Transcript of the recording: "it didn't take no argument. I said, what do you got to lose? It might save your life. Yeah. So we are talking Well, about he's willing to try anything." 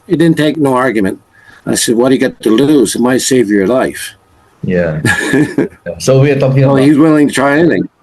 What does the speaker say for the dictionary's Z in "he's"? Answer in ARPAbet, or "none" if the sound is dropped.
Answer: Z